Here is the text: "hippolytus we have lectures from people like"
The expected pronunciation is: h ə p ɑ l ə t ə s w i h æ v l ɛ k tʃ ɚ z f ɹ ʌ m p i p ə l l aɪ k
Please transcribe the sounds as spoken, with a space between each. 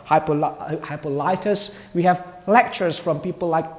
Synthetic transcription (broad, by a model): h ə p ɑ l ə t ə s w i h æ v l ɛ k tʃ ɚ z f ɹ ʌ m p i p ə l l aɪ k